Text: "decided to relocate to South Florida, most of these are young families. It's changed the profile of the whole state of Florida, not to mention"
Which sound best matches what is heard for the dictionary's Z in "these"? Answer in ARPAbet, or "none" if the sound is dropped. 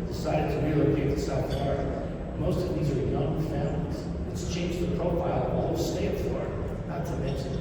Z